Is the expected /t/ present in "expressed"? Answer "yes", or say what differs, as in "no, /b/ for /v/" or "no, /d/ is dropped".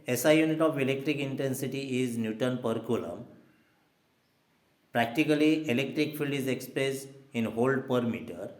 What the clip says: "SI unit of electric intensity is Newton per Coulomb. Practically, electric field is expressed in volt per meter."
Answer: no, /t/ is dropped